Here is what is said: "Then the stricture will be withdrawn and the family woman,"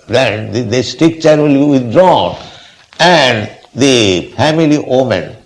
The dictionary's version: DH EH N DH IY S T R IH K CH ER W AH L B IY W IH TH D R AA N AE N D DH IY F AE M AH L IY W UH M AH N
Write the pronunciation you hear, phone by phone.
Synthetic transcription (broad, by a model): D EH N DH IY S T IH K CH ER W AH L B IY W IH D R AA N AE N D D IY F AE M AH L IY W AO M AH N